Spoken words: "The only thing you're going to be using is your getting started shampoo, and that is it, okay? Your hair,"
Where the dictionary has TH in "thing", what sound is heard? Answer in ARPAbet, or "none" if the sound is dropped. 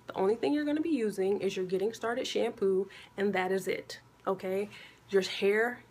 TH